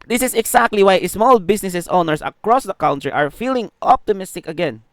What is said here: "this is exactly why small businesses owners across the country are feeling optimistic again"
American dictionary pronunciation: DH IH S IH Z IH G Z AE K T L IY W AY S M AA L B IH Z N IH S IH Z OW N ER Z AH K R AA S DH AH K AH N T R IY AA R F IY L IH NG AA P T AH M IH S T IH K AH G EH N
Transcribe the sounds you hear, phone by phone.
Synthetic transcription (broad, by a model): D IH S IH S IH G S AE K T L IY W AY S M AA L B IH S N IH S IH S OW N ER S AH K R AA S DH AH K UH N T R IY AA R F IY L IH NG AA P T AH M IH S T IH K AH G EH N